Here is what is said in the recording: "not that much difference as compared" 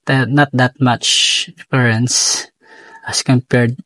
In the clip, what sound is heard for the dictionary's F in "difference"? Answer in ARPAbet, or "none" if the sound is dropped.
none